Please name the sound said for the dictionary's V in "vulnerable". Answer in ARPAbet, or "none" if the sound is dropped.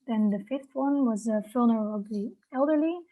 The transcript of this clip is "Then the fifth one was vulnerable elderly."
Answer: F